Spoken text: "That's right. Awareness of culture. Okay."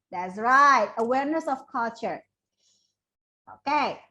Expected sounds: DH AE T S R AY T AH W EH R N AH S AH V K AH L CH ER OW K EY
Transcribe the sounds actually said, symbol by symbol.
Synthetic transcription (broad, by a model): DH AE T S R AY T AH W EH R N AH S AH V K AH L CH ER OW K EY